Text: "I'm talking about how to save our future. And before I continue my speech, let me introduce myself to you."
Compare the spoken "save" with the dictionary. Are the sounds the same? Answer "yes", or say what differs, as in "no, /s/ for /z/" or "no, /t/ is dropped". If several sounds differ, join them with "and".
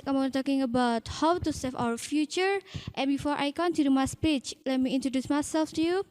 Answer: no, /f/ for /v/